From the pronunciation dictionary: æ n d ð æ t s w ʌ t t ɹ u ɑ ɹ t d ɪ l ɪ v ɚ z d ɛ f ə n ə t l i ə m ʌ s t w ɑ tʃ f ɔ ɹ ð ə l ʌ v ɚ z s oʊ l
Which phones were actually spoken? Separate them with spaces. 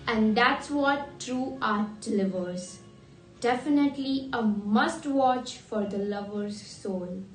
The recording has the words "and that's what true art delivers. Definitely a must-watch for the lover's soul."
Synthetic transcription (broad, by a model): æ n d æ t s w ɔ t t ɹ u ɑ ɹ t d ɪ l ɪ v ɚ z d ɛ f ə n ə t l i ə m ʌ s t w ɑ tʃ f ɔ ɹ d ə l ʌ v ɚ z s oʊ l